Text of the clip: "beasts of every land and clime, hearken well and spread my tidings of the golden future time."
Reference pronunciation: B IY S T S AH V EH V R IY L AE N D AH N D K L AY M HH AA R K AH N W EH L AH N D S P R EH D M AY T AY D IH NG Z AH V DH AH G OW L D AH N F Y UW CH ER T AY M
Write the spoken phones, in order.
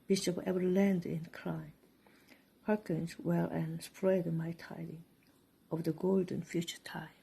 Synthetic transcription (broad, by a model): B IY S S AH P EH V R L AE N D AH N K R AY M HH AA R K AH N W EH L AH N S P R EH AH M AY T AY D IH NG AH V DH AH G OW L D AH N F Y UW CH ER T AY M